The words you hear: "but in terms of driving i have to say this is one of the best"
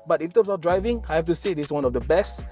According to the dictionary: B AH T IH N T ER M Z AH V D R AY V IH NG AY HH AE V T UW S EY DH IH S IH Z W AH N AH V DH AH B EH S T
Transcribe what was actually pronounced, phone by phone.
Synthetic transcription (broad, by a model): B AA T IH N T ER M S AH F D R AY V IH NG AY HH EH F T UW S EY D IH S W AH N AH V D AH B EH S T